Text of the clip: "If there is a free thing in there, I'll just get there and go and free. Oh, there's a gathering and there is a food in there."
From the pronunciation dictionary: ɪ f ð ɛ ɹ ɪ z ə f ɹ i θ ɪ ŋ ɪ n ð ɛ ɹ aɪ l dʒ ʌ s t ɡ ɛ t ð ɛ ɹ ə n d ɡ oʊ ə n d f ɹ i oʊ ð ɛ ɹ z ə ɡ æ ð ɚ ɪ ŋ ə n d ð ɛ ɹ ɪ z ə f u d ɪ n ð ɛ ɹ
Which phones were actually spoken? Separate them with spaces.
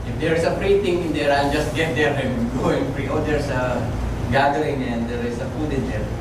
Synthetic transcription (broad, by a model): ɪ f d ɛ ɹ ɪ s ə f ɹ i t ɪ ŋ ɪ n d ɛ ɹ aɪ l dʒ ʌ s t ɡ ɛ t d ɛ ɹ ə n ɡ oʊ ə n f ɹ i oʊ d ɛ ɹ s ə ɡ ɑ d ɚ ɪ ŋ ə n d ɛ ɹ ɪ s ə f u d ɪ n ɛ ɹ